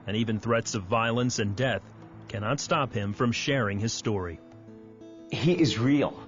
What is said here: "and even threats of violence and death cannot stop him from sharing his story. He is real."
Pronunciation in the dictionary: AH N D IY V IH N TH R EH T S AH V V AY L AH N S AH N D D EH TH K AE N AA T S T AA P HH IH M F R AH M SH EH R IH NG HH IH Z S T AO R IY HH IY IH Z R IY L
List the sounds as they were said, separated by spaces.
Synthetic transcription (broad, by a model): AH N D IY V IH N TH R EH T S AH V V AY L AH N S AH N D D EH TH K AE N AA T S T AA P HH IH M F R AH M SH EH R IH NG IH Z S T AO R IY HH IY IH Z R IY L